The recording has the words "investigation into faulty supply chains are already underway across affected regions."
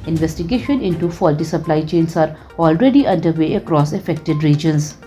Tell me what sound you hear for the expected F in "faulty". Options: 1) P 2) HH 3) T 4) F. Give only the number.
4